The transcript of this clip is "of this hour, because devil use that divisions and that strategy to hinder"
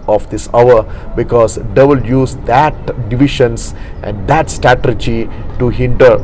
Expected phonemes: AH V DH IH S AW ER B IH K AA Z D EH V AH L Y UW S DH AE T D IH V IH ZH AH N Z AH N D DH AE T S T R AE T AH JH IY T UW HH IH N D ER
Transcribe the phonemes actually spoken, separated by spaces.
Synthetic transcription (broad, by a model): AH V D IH S AW ER B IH K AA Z D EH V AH L Y UW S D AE T D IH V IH SH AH N S AH N D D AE T S T AE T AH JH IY T UW HH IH N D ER